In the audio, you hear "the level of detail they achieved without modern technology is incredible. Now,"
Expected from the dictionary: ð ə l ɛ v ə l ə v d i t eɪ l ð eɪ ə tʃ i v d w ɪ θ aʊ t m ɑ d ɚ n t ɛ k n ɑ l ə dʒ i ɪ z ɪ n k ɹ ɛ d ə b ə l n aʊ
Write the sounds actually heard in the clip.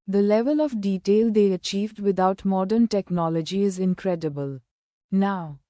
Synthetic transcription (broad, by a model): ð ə l ɛ v ə l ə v d i t eɪ l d eɪ ə tʃ i v d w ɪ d aʊ t m ɑ d ɚ n t ɛ k n ɑ l ə dʒ i ɪ z ɪ n k ɹ ɛ d ə b ə l n aʊ